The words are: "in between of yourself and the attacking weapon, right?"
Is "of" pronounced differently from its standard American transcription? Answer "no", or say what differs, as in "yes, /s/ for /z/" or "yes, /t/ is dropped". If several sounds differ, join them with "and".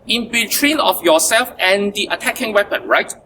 yes, /f/ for /v/